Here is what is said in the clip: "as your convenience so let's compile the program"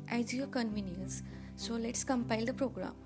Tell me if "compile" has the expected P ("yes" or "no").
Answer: yes